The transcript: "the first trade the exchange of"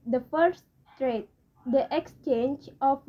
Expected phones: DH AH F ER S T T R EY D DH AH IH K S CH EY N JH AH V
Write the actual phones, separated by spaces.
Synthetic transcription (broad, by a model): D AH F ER S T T R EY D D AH IH K S CH EY N JH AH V